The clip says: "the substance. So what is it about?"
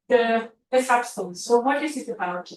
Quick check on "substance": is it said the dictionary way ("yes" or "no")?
no